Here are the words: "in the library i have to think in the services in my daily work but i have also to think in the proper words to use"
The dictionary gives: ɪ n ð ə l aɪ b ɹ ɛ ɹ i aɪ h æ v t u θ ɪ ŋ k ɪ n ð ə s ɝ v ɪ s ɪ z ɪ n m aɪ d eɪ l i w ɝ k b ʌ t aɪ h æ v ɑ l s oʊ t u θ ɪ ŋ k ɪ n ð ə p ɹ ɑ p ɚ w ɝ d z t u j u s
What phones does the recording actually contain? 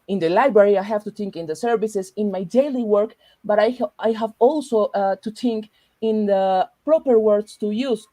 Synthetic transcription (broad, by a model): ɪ n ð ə l aɪ b ɹ ɛ ɹ i aɪ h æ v t u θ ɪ ŋ k ɪ n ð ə s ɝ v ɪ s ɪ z ɪ n m aɪ d eɪ l i w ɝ k b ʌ t aɪ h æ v ɑ l s oʊ t u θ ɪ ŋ k ɪ n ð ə p ɹ ɑ p ɚ w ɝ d s t u j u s